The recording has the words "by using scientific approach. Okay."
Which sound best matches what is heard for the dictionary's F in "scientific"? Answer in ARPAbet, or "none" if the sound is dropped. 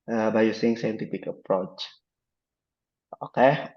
P